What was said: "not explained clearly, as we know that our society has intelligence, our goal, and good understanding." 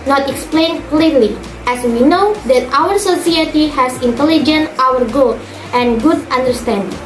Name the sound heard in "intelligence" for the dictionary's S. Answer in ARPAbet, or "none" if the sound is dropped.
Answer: none